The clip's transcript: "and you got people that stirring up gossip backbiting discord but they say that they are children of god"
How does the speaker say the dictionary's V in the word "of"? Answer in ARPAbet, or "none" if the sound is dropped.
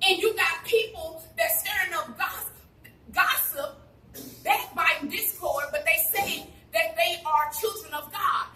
V